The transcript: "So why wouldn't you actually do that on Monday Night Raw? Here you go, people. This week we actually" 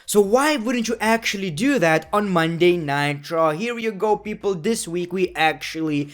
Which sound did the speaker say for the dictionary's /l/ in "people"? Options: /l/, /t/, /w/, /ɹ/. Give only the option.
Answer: /l/